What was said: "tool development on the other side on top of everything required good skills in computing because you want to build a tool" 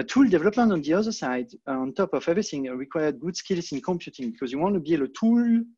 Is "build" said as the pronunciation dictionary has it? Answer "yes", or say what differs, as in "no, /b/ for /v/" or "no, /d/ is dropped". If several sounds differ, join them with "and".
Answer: no, /d/ is dropped